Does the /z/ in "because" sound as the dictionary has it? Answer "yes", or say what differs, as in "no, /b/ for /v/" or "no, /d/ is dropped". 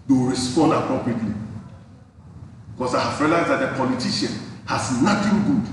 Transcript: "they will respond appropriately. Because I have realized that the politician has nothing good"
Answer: no, /s/ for /z/